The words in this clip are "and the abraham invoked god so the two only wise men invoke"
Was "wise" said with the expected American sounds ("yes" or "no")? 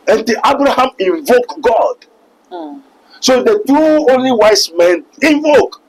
no